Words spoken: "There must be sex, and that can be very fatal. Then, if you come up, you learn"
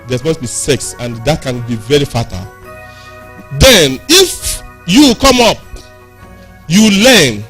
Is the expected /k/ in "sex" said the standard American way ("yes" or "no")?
yes